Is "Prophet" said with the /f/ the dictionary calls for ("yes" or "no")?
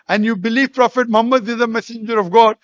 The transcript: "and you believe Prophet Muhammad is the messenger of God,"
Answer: yes